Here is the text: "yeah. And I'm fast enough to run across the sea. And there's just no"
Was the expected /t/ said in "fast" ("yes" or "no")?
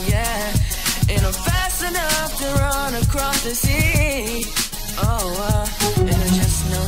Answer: no